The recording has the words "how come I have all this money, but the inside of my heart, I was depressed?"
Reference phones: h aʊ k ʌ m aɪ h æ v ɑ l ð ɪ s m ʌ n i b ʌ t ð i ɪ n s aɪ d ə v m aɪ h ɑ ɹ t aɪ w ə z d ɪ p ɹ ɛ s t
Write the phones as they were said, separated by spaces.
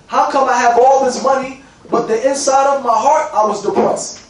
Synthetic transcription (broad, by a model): h aʊ k ʌ m aɪ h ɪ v ɑ l ð ɪ s m ʌ n i b ʌ t ð i ɪ n s aɪ d ə v m aɪ h ɑ ɹ t aɪ w ə z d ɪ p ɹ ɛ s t